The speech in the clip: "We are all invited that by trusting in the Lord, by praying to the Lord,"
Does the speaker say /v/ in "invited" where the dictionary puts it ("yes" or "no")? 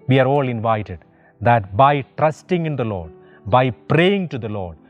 yes